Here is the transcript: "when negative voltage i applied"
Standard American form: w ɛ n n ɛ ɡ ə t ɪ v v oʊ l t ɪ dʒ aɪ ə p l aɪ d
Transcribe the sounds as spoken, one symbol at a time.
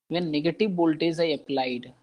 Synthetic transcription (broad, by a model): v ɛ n n ɛ ɡ ə t ɪ v b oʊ l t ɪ z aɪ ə p l aɪ d